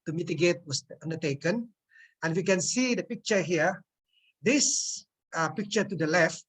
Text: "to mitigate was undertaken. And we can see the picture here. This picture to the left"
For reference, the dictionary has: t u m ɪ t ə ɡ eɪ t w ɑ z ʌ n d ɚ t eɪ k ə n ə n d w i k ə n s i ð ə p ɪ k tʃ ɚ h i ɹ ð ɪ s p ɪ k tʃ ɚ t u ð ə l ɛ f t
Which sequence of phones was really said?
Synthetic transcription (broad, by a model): t u m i t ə ɡ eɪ t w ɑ s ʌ n d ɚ t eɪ k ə n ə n w i k ə n s i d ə p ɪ k tʃ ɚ h i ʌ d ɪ s p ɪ k tʃ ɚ t u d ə l ɛ f t